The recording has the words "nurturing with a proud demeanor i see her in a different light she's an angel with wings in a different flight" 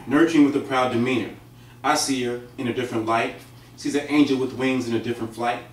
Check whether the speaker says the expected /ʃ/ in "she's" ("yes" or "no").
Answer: no